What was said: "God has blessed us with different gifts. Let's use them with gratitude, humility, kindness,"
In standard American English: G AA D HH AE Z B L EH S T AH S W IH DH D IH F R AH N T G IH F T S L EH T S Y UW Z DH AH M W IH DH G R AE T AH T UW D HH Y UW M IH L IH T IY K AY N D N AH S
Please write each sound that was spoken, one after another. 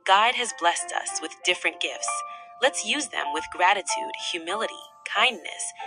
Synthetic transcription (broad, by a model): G AA D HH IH Z B L EH S T AH S W IH DH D IH F R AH N G IH F T S L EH T S Y UW Z DH AH M W IH DH G R AE T AH T UW D HH Y UW M IH L IH T IY K AY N N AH S